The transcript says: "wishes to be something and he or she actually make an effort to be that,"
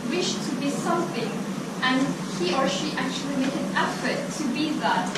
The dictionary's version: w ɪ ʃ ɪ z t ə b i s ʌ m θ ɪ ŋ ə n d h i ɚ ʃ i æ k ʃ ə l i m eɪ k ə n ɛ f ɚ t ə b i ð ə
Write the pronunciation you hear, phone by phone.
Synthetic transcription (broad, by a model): w ɪ ʃ t ə b i s ʌ m θ ɪ ŋ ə n h i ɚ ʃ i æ k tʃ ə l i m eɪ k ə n ɛ f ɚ t ə b i ð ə